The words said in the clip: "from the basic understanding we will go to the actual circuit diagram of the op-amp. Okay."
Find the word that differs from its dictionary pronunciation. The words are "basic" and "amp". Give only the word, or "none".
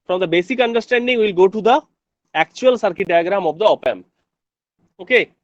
amp